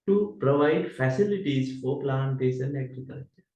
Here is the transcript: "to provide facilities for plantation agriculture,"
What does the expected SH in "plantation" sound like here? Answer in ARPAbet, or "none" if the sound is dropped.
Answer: S